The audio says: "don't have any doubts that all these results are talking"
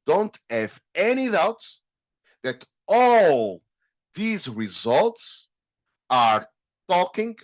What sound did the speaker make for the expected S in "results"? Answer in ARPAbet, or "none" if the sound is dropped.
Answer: S